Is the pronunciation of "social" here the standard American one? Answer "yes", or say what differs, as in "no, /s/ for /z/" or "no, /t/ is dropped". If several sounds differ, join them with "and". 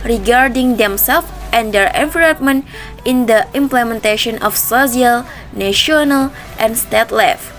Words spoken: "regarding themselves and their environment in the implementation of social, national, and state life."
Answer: no, /s/ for /ʃ/